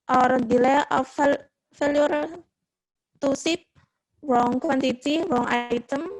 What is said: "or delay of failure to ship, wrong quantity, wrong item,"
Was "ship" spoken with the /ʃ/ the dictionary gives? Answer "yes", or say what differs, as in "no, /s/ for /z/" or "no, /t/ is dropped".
no, /s/ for /ʃ/